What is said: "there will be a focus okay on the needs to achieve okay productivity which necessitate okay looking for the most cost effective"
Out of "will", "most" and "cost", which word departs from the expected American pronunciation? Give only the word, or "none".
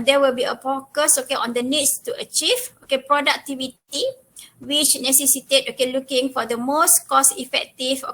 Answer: cost